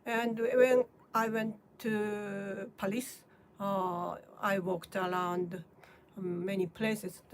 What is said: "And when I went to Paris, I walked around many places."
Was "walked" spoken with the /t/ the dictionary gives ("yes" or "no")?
yes